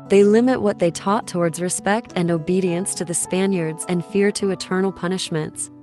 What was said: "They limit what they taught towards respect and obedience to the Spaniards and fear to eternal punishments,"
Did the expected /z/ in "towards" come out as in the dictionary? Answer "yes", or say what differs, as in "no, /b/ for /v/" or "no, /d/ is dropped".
yes